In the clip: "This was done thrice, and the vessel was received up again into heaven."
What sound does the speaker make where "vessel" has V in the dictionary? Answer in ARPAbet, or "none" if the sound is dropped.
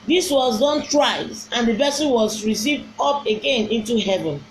B